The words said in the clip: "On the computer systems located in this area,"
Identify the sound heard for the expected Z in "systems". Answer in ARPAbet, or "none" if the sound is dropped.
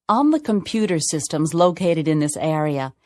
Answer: Z